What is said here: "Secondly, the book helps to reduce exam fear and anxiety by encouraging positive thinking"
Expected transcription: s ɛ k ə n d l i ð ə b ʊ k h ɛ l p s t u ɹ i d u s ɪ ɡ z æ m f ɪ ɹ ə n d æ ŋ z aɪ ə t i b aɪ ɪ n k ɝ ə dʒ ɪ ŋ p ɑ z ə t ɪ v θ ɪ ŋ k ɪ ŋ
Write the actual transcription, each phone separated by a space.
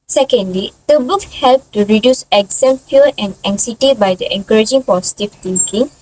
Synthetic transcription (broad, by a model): s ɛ k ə n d l i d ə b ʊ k h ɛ l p t u ɹ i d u s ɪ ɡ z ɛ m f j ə n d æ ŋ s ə t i b aɪ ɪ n k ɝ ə dʒ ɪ ŋ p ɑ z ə t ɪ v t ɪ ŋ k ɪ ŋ